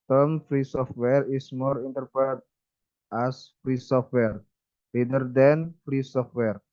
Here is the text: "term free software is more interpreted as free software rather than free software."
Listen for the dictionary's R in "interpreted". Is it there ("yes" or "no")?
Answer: no